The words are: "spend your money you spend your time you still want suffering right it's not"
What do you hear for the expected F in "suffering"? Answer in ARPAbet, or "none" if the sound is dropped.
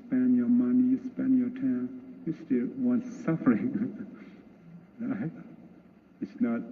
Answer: F